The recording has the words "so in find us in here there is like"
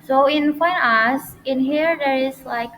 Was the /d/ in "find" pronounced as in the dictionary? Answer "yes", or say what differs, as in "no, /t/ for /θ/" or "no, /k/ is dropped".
no, /d/ is dropped